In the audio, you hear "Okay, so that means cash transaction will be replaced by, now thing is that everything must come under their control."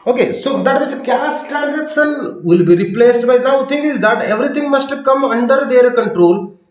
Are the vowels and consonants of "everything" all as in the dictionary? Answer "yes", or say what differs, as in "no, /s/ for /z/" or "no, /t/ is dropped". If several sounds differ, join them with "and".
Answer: no, /t/ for /θ/